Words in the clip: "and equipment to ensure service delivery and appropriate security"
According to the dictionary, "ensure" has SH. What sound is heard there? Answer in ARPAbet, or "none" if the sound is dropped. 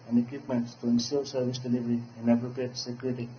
S